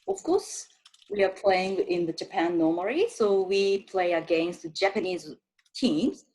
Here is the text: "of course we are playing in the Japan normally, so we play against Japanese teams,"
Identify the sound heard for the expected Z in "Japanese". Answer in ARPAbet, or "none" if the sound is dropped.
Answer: Z